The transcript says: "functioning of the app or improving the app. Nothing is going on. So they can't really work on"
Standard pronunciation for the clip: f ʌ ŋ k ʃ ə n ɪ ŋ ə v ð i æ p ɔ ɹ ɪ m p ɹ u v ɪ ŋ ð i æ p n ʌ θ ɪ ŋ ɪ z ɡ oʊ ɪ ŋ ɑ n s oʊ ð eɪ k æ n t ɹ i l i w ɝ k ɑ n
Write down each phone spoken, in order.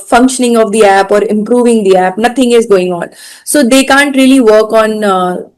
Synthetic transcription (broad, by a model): f ʌ ŋ k ʃ ə n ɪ ŋ ə v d i æ p ɔ ɹ ɪ m p ɹ u v ɪ ŋ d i æ p n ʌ t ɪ ŋ ɪ z ɡ oʊ ɪ ŋ ɑ n s oʊ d eɪ k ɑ n t ɹ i l i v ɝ k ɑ n